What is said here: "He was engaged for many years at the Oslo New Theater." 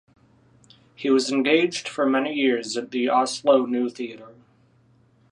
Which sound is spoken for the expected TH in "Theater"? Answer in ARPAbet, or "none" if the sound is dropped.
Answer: TH